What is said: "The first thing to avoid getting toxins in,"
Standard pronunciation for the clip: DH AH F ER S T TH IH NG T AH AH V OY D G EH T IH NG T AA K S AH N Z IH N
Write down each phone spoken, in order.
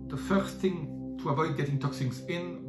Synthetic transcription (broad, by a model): DH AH F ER S TH IH NG T AH AH V OY D G EH T IH NG T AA K S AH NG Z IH N